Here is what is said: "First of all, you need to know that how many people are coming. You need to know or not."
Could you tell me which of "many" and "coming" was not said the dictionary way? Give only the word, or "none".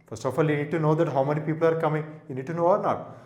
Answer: none